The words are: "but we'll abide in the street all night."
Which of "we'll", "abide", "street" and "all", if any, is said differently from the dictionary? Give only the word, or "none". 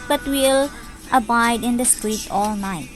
none